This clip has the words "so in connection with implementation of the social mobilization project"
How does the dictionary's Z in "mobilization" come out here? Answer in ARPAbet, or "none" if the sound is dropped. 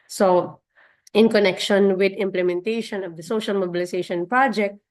S